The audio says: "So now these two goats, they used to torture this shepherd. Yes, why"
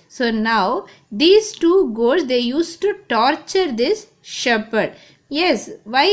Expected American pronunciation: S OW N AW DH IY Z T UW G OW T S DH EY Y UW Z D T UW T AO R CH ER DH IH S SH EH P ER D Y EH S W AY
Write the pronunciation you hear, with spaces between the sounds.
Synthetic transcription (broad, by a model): S OW N AW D IY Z T UW G OW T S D EY Y UW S T UW T AO R CH ER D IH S SH EH P ER D Y EH S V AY